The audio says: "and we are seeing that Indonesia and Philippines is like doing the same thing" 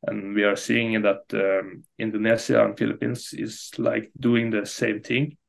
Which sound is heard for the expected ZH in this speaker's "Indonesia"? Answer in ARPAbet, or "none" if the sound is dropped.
S